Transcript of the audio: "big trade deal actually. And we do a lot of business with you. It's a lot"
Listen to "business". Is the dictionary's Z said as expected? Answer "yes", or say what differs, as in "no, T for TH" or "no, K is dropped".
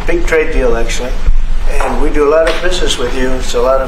yes